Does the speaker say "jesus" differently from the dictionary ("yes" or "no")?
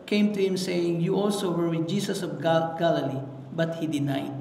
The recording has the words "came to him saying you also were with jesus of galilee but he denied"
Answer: yes